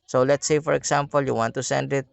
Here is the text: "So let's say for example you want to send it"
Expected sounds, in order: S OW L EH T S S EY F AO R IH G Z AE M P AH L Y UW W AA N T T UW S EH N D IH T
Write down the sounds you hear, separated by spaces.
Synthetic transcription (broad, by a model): S OW L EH T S S EY F AO R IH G S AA M P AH L Y UW W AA N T T UW S EH N D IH T